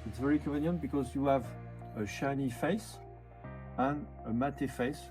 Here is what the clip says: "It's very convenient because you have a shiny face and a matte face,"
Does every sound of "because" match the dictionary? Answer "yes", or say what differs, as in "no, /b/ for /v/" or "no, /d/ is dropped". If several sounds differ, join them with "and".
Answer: yes